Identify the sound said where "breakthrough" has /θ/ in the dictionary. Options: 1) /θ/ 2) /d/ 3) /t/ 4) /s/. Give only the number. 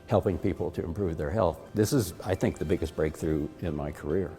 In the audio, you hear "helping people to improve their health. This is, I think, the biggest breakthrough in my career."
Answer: 1